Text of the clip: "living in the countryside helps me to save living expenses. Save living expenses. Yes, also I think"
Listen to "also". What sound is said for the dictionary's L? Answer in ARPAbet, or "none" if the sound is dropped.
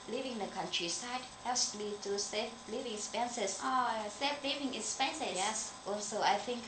none